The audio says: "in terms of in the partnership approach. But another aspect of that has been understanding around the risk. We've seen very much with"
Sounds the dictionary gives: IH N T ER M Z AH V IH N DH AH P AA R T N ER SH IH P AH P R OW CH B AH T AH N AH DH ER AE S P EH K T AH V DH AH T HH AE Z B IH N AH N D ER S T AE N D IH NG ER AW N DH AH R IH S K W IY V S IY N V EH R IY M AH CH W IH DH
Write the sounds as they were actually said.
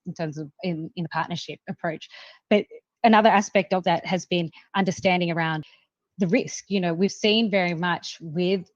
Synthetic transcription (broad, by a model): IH N T ER M Z AH V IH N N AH P AA R T N ER SH IH P AH P R OW CH B AH T AH N AH DH ER AE S P EH K T AH V DH AH T HH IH Z B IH N AH N D ER S T AE N D IH NG ER AW N DH AH R IH S K W IY V S IY N V EH R IY M AH CH W IH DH